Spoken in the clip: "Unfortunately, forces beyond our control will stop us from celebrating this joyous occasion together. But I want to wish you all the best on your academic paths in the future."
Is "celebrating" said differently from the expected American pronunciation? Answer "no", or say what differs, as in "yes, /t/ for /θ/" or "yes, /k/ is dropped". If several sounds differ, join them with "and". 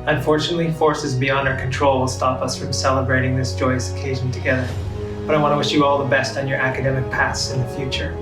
no